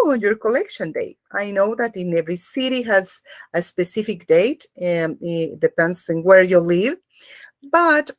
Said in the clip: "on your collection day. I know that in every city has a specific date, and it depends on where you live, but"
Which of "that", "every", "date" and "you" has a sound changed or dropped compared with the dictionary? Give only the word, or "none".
date